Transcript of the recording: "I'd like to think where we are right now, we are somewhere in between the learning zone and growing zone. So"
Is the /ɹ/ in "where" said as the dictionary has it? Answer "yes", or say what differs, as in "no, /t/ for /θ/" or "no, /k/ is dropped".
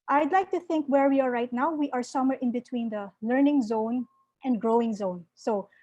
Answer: yes